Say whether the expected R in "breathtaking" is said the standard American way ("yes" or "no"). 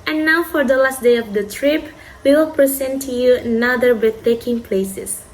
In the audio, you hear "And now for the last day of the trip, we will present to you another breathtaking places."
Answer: no